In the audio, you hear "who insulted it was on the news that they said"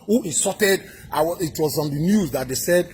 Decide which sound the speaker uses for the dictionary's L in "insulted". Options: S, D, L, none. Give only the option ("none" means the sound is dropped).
none